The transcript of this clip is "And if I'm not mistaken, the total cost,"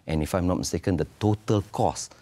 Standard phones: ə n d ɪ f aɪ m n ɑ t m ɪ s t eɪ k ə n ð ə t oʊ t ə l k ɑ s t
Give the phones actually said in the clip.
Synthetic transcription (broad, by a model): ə n ɪ f aɪ m n ɑ t m ɪ s t eɪ k ə n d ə t oʊ t ə l k ɑ s